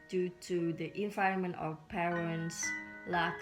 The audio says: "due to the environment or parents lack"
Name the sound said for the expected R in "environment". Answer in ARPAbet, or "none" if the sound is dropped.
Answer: none